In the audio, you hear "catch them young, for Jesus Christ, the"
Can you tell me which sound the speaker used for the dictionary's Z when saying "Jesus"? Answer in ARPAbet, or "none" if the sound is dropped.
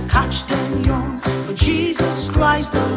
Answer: Z